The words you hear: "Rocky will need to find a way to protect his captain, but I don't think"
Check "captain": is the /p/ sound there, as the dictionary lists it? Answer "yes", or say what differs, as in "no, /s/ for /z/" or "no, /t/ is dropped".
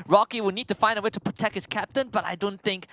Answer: yes